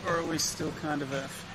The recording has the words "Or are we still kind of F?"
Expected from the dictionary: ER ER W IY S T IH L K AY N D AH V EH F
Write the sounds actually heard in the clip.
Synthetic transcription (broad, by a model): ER ER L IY S T IH L K AY N D AH V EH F